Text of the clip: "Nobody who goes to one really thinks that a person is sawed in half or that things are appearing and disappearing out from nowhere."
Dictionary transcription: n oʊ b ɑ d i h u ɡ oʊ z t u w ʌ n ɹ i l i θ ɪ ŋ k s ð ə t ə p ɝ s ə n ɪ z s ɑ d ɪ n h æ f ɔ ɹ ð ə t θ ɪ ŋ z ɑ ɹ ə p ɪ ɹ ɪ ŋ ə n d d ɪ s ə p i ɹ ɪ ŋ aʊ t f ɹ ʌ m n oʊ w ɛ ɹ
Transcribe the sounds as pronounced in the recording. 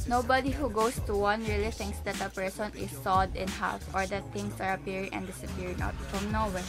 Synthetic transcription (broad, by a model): n oʊ b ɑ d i h u ɡ oʊ s t u w ʌ n ɹ i l i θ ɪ ŋ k s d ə t ə p ɝ s ə n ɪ s ɑ d ɪ n h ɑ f ɔ ɹ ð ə t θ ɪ ŋ s ɑ ɹ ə p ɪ ɹ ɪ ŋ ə n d d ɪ s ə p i ɹ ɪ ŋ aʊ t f ɹ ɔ m n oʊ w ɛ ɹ